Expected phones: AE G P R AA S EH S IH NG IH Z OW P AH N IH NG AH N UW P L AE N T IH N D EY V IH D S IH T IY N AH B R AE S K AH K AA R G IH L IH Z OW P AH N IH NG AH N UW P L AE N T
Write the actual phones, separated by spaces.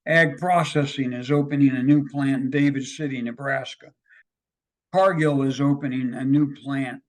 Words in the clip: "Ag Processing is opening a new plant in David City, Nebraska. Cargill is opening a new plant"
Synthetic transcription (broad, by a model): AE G P R AA S EH S IH NG IH Z OW P AH N IH NG AH N UW P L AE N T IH N D EY V IH D S IH T IY N AH B R AE S K AH K AA R G IH L IH Z OW P AH N IH NG AH N UW P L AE N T